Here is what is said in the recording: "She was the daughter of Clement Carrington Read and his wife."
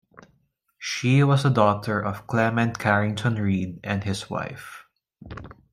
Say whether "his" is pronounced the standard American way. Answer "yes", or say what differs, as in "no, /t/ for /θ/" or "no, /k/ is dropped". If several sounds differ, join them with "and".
no, /s/ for /z/